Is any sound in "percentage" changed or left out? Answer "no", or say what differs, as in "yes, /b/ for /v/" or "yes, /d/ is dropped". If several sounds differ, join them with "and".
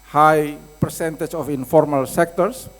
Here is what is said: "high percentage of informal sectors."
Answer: yes, /tʃ/ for /dʒ/